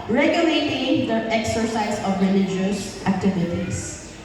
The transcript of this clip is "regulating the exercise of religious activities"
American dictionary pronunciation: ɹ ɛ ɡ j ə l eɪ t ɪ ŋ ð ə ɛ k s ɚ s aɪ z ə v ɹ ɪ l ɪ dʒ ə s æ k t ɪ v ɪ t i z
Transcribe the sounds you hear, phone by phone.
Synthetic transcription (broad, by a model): ɹ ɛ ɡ j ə l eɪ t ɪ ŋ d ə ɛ k s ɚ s aɪ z ə v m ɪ n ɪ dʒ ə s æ k t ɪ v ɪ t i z